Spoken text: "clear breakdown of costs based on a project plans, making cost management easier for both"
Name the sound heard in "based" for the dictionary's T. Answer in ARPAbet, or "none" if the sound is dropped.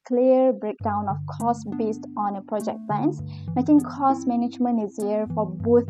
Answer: T